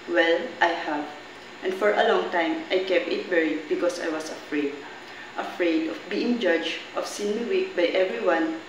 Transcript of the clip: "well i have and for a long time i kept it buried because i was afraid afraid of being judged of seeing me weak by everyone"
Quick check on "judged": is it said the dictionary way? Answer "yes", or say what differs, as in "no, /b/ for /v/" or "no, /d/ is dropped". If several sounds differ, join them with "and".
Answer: no, /d/ is dropped